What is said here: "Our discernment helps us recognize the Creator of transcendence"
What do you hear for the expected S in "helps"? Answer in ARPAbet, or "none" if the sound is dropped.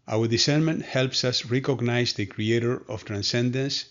S